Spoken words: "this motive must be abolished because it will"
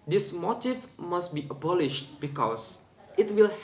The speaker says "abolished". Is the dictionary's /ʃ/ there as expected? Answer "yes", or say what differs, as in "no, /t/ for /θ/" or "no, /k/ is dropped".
yes